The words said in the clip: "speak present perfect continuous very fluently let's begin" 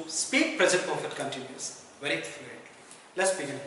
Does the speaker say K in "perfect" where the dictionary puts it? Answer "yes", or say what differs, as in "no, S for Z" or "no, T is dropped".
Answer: no, K is dropped